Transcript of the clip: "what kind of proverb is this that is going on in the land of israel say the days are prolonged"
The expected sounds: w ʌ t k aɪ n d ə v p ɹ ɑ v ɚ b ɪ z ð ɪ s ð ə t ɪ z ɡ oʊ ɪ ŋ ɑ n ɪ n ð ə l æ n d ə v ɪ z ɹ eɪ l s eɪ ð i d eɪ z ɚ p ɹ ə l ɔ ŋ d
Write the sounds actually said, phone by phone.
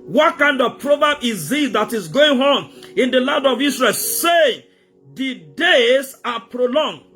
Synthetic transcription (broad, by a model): w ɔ t k aɪ n d ə v p ɹ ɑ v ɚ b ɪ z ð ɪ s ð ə t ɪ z ɡ oʊ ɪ ŋ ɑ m ɪ n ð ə l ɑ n d ə v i s ɹ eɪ l s eɪ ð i d eɪ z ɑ p ɹ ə l ɔ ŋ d